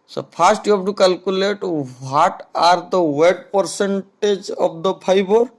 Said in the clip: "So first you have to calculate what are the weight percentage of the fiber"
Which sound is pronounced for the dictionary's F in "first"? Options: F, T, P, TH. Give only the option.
P